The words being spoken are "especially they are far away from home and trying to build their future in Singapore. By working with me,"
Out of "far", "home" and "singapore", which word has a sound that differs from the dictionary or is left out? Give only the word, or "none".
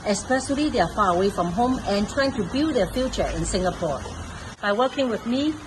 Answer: none